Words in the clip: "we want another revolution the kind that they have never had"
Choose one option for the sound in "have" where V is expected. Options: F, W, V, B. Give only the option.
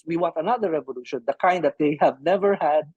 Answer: V